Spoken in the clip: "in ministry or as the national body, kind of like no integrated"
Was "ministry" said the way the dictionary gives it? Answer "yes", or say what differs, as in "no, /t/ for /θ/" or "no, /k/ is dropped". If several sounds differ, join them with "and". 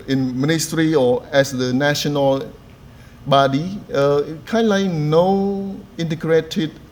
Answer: yes